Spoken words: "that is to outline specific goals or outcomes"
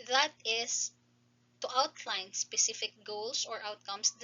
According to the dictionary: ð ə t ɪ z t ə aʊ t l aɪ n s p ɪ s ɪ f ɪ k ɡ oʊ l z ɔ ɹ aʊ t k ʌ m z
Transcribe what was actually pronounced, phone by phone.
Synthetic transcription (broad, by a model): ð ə t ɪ s t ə aʊ t l aɪ n s p ɪ s ɪ f ɪ k ɡ oʊ l s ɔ ɹ aʊ t k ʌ m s